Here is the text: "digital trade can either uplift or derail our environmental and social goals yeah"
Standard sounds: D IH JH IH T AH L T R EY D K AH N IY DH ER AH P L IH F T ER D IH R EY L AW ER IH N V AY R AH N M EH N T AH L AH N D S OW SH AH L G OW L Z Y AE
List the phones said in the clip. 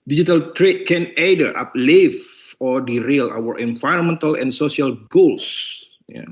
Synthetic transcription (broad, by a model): D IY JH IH T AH L T R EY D K AH N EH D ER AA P L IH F AO D IH R EY L AW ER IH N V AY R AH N M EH N T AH L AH N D S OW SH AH L G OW L S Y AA